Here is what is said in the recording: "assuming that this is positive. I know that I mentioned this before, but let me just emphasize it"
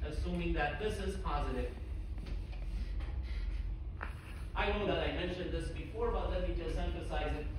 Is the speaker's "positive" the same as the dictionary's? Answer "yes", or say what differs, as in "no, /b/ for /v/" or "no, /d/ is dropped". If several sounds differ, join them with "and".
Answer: yes